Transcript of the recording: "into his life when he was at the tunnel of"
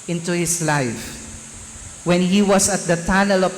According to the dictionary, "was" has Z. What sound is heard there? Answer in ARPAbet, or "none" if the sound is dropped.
S